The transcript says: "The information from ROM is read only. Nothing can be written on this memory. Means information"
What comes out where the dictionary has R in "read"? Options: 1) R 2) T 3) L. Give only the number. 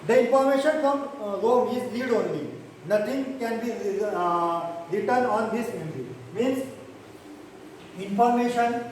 3